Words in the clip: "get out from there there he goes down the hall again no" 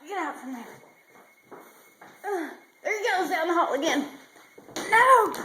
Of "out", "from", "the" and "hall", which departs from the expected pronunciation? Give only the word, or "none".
hall